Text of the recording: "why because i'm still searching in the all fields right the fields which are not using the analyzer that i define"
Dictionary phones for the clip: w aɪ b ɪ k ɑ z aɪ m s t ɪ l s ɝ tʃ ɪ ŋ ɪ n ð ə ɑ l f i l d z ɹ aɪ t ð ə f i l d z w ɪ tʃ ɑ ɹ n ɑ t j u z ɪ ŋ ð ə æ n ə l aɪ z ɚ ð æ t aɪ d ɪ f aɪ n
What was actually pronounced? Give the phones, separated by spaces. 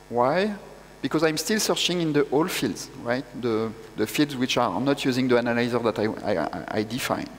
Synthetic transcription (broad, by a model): w aɪ b ɪ k ɑ z aɪ m s t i l s ɝ tʃ ɪ ŋ ɪ n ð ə ɑ l f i l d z ɹ aɪ t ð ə f i l d z w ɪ tʃ ɑ ɹ n ɑ t j u z ɪ ŋ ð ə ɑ n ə l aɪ z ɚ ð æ t aɪ d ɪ f aɪ n